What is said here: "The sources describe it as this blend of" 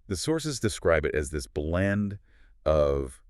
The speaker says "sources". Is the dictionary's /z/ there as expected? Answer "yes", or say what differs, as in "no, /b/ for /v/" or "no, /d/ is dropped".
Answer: yes